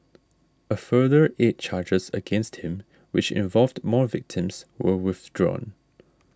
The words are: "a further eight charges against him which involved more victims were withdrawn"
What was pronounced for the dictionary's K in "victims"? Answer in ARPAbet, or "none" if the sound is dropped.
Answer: K